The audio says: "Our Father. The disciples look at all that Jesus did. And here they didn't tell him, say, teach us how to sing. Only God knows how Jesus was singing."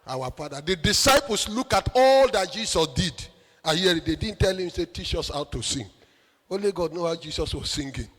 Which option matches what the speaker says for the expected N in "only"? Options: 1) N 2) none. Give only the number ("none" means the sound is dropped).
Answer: 2